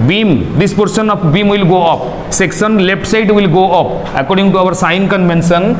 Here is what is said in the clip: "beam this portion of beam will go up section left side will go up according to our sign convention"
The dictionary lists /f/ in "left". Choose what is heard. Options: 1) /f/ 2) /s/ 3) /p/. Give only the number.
3